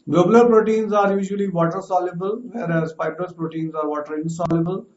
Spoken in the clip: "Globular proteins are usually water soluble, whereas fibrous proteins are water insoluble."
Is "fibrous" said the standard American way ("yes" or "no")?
no